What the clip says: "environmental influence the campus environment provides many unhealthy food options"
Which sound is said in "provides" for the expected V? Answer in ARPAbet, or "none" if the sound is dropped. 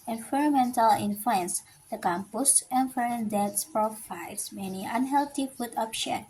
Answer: F